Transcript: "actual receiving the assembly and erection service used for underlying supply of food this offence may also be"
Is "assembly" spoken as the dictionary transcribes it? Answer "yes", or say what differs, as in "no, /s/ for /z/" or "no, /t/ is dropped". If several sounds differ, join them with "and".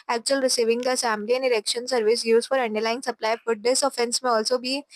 no, /b/ is dropped